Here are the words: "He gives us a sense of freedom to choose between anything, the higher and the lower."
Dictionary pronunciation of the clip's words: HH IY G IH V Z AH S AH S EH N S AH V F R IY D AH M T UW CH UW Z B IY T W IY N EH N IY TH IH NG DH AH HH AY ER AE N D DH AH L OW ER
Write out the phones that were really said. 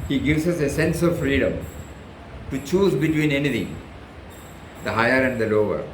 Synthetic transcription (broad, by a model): HH IY G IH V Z AH S AH S EH N S AH V F R IY D AH M T UW CH UW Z B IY T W IY N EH N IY T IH NG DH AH HH AY ER AE N D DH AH L OW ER